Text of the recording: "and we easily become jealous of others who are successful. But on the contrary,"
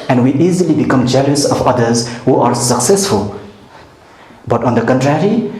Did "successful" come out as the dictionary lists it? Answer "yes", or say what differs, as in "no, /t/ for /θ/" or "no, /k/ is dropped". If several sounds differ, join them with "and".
yes